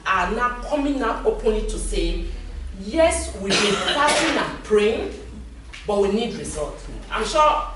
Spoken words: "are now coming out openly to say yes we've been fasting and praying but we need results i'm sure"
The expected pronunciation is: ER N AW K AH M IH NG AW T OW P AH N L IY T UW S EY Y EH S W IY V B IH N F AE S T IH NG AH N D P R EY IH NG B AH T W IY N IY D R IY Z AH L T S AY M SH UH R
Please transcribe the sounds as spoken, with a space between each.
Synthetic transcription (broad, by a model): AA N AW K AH M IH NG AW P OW P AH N IY T UW S EY Y EH S W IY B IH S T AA T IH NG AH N P R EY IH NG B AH T W IY N IY D R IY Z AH L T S AY M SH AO